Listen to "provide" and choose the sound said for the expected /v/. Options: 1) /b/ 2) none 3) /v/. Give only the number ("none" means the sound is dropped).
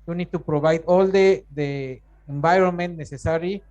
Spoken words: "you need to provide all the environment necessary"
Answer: 1